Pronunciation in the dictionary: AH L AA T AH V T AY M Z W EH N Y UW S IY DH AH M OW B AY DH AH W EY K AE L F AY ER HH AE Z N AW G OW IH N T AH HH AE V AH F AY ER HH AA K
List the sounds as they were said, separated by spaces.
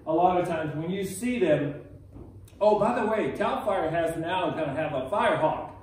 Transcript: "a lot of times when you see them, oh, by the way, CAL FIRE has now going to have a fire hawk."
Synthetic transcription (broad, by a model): AH L AA T AH V T AY M Z W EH N Y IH S IY DH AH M OW B AY DH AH W EY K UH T F AY ER HH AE Z N AW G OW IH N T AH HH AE V AH F AY ER HH AA K